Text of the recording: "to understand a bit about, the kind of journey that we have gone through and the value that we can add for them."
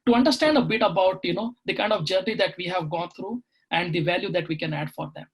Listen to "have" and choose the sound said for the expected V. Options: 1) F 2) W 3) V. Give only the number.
3